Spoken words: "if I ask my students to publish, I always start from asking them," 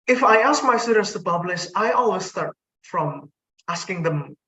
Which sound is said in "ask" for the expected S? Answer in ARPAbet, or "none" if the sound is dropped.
S